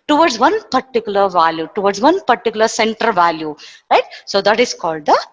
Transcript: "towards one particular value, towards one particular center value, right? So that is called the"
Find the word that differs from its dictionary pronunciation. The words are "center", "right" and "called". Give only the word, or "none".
none